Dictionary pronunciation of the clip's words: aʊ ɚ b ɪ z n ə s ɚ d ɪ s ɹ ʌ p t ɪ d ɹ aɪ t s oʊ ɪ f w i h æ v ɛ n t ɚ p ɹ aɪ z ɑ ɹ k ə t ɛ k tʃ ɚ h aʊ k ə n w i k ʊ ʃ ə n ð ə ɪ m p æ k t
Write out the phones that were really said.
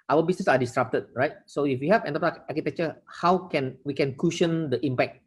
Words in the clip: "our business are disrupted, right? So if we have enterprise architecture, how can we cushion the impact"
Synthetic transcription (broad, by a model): aʊ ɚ b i s n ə s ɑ d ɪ s ɹ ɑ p t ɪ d ɹ aɪ t s oʊ ɪ f w i h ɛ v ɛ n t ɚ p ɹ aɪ ɑ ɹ k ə t ɛ k tʃ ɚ h aʊ k ə n w i k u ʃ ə n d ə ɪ m p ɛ k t